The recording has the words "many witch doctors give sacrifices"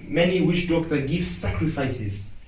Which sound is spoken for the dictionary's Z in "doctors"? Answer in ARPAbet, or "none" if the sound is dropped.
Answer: none